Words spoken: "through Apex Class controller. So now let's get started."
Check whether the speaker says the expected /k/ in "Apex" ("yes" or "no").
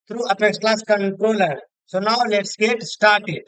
no